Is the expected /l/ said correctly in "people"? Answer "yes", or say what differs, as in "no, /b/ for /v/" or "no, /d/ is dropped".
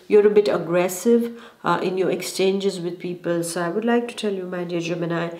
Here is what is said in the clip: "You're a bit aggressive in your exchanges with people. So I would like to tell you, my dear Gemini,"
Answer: yes